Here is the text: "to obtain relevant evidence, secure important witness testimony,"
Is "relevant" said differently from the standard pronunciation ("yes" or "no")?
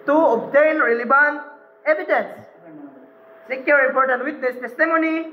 yes